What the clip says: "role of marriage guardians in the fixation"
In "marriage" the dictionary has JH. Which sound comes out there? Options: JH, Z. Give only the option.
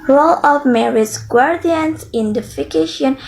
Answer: Z